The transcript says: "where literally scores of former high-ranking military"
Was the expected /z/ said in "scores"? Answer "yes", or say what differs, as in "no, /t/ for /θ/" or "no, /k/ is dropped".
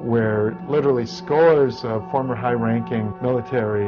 yes